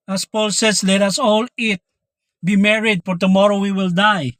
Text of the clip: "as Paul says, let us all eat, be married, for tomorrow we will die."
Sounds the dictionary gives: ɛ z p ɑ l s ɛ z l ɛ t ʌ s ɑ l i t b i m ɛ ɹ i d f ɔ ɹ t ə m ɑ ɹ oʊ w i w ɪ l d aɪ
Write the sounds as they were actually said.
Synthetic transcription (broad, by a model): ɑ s p ɑ l s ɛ s l ɛ t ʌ s ɑ l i t b i m ɛ ɹ i d f ɔ ɹ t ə m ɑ ɹ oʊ w i w ɪ l d aɪ